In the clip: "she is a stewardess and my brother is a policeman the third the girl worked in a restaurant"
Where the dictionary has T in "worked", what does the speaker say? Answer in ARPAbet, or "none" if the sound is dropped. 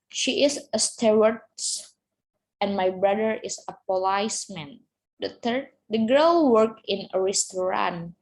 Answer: none